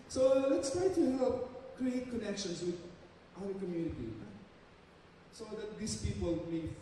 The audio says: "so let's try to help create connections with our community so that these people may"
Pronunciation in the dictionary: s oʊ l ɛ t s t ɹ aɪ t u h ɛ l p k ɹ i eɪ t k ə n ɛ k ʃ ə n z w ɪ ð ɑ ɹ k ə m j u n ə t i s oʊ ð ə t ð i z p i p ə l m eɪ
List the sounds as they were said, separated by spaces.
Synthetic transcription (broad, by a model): s oʊ l ɛ t s t ɹ aɪ t u h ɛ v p k ɹ i eɪ t k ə n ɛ k ʃ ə n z w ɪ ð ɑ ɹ k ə m j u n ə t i s oʊ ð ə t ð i s p i p ə l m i